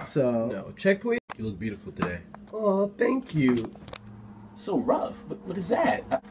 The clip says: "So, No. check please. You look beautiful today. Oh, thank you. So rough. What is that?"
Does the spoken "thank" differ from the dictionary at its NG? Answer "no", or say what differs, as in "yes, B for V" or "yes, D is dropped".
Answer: no